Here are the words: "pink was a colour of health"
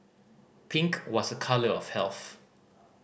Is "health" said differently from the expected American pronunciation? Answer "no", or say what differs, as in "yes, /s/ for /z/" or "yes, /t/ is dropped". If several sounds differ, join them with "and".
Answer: no